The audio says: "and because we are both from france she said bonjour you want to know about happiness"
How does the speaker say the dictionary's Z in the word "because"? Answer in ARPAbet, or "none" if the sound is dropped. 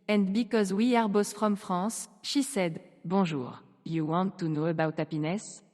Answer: Z